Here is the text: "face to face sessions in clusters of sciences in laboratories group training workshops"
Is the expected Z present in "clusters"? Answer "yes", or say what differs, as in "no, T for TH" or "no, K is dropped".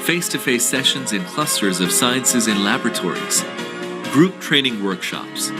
yes